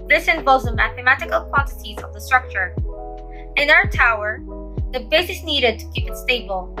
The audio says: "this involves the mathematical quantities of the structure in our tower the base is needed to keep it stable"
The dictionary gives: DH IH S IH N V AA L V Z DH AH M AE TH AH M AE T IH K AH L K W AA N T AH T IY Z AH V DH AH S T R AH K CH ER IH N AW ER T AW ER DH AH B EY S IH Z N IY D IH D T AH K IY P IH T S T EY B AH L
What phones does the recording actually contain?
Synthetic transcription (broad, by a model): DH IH S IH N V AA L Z DH AH M AE TH AH M AE T IH K AH L K W AA N T AH T IY Z AH V DH AH S T R AH K CH ER IH N AW ER T AW ER DH AH B EY S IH S N IY D IH D T AH K IY P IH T S T EY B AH L